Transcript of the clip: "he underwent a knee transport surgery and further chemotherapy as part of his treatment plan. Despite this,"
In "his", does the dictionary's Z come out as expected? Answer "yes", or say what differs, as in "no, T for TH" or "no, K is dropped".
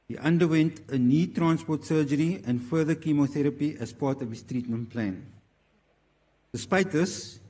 no, S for Z